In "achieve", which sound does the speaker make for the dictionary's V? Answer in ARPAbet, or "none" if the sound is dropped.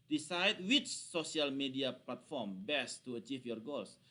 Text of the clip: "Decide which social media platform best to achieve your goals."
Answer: F